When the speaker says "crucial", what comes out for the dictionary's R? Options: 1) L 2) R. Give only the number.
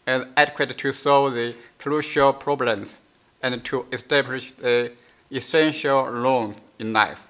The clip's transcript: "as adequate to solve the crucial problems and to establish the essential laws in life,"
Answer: 1